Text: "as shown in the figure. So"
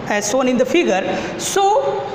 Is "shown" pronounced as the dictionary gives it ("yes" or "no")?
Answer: no